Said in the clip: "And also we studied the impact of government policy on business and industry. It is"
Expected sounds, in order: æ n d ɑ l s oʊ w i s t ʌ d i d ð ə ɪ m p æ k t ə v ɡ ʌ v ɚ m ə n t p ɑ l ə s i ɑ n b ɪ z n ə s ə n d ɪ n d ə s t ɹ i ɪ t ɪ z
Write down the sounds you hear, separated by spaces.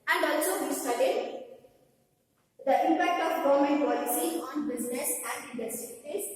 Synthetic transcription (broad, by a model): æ n d ɑ l s oʊ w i s t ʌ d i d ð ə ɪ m p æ k t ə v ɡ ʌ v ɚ m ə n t p ɑ l ə s i ɑ n b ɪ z n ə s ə n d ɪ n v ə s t i ɪ t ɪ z